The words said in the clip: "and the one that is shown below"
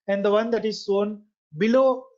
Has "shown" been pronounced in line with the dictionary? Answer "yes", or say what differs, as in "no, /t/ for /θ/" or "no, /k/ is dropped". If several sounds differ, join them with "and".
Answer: no, /s/ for /ʃ/